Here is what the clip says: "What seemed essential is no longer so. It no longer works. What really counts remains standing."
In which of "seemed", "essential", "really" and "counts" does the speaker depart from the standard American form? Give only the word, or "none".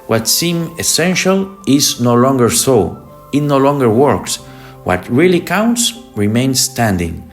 seemed